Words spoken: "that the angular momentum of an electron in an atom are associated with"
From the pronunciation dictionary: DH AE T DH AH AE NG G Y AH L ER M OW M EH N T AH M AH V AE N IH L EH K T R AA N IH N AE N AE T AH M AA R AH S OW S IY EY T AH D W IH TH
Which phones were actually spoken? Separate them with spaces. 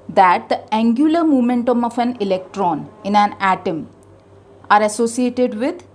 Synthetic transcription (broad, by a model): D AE T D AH AE NG G Y AH L ER M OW M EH N T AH M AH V AE N IH L EH K T R AA N IH N AE N AE T AH M AA R AH S OW S IY EY T AH D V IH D